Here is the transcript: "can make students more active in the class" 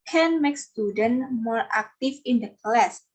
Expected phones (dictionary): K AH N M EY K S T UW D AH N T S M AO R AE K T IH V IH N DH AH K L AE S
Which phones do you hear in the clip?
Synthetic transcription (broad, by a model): K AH N M EY K S T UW D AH N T M AO R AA K T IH F IH N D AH K L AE S